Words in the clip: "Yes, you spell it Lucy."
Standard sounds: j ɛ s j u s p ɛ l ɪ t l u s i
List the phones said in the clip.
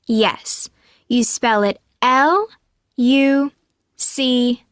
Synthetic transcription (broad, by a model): j ɛ s j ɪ s p ɛ l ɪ t l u s i